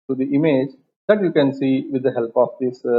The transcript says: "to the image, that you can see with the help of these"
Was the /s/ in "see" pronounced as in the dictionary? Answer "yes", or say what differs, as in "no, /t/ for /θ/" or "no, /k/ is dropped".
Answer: yes